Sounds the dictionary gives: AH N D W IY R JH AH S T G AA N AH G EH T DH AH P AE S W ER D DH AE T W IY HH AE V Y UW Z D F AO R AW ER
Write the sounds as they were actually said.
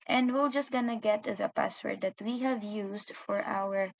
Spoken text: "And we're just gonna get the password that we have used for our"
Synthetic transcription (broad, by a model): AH N D W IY L JH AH S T G AA N AH G EH T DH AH P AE S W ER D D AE T W IY HH AE V Y UW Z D F AO R AW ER